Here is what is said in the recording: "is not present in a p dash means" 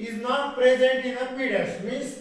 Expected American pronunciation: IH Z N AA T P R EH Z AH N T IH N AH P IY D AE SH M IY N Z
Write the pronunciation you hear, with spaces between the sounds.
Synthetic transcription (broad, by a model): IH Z N AA T P R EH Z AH N T IH N AH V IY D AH S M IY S